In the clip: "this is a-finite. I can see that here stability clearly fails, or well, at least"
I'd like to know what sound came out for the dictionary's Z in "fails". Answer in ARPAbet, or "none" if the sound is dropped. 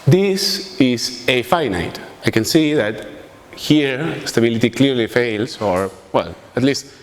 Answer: S